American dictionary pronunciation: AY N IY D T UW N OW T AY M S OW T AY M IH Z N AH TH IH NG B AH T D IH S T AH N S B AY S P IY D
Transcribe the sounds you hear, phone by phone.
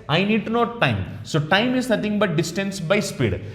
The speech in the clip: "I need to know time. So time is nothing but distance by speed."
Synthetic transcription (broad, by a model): AY N IY D T UW N OW T AY M S OW T AY M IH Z N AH T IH NG B AH T D IH S T AH N S B AY S P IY D